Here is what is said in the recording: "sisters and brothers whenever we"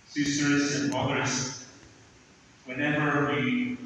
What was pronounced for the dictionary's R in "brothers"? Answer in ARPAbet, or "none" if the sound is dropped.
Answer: none